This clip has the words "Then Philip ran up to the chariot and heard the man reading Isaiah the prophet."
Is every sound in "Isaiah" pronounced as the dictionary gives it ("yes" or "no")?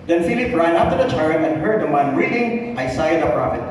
no